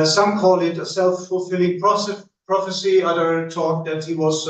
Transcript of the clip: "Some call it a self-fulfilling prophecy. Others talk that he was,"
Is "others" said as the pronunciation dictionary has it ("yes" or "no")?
no